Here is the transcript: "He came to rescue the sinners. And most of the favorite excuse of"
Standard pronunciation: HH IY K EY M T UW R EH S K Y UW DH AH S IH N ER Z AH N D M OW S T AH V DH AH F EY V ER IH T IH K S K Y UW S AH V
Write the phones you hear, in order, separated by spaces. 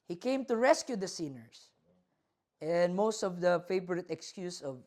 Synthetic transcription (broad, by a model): HH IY K EY M T UW R EH S K Y UW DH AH S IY N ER S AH N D M OW S T AH V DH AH F EY V ER IH T IH K S K Y UW S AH V